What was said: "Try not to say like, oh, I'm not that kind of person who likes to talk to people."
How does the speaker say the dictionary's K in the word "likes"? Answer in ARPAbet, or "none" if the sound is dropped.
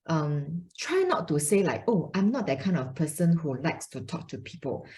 K